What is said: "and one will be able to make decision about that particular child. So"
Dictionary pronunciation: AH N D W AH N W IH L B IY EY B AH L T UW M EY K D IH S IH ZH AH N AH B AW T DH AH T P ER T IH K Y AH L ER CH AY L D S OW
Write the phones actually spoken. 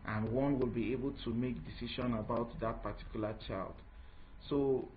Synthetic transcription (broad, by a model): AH N W AH N W IH L B IY EY B AH L T UW M EY K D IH S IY SH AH N AH B AW T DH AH T P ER T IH K Y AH L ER CH AY L D S OW